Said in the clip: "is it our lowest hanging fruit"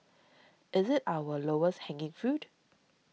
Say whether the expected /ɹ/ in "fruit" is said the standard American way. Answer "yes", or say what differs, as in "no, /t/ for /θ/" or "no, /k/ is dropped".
no, /ɹ/ is dropped